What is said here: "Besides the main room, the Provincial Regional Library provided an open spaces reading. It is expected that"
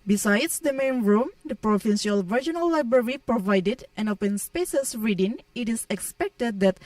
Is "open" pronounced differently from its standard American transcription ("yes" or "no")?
no